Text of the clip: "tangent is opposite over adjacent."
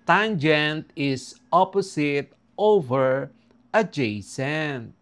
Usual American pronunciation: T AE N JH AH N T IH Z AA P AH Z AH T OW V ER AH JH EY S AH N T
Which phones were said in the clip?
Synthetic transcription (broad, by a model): T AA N JH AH N T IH S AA P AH S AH T OW V ER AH JH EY S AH N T